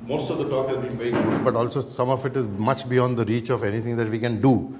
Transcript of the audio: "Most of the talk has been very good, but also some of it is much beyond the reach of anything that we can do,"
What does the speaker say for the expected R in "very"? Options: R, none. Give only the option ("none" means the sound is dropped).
none